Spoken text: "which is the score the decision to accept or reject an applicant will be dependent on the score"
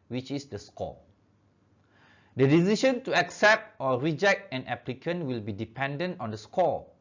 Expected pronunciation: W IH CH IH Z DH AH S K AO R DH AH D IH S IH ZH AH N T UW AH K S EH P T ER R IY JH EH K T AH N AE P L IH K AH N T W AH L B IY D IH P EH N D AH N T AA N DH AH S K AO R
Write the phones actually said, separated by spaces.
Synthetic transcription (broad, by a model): W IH CH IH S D AH S K AO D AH D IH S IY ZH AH N T UW AH K S EH P T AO R IY JH EH K T AH N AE P L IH K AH N W AH L B IY D IH P EH N D AH N T AA N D AH S K AO